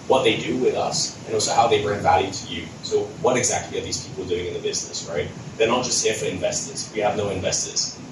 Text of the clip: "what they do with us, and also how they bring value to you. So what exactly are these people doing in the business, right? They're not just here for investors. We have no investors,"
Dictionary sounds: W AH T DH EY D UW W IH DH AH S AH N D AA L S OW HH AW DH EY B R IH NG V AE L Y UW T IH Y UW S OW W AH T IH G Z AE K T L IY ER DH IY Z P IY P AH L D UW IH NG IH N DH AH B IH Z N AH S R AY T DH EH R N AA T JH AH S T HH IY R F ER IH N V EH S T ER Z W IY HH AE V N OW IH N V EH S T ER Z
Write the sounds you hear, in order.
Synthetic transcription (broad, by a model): W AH T DH EY D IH W IH DH AH S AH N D AA L S OW HH AW DH EY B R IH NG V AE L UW T IH Y UW S OW W AH T IH G Z AE K T L IY ER DH IY Z P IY P L D UW IH NG IH N DH AH B IH Z N AH S R AY T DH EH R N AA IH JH AH S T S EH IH F ER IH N V EH S T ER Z W IY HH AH V N OW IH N V EH S T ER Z